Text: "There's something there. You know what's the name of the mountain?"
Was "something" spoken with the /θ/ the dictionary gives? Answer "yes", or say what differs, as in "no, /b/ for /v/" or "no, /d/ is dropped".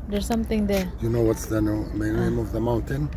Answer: no, /t/ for /θ/